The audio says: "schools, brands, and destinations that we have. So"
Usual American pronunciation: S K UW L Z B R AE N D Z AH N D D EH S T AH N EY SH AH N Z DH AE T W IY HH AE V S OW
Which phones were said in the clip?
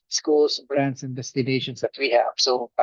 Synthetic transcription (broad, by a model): S K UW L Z B R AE N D S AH N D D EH S T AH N EY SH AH N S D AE T W IY HH AE V S OW